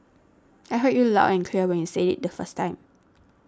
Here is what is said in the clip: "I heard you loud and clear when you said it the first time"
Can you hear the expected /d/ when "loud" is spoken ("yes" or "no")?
no